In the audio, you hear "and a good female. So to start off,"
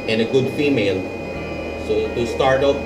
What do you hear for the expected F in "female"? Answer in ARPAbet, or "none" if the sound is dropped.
F